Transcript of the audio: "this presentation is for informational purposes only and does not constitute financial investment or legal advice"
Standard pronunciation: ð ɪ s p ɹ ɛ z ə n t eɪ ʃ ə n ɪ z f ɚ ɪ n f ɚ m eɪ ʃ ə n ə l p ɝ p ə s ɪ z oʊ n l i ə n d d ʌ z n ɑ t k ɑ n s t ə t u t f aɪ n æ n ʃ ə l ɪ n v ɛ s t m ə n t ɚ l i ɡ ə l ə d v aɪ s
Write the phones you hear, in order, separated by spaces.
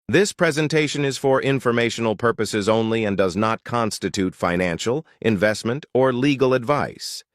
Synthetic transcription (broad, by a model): ð ɪ s p ɹ ɛ z ə n t eɪ ʃ ə n ɪ z f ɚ ɪ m f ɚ m eɪ ʃ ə n l p ɝ p ə s ɪ z oʊ n l i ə n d d ʌ z n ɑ t k ɑ n s t ə t u t f aɪ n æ n ʃ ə l ɪ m v ɛ s t m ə n t ɚ l i ɡ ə l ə d v aɪ s